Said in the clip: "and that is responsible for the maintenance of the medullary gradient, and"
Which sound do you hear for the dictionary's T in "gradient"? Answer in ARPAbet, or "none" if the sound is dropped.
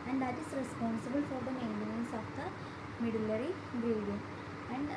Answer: none